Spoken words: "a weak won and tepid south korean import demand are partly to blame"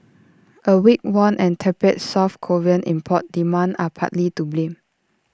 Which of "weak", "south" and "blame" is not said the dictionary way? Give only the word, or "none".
south